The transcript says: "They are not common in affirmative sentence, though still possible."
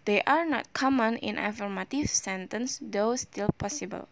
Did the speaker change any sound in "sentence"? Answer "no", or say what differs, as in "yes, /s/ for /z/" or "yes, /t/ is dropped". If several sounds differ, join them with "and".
no